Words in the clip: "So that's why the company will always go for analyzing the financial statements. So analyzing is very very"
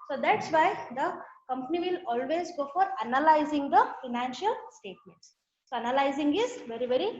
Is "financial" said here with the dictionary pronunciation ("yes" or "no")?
yes